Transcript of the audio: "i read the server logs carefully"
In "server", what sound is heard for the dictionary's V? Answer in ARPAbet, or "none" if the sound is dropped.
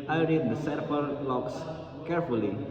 P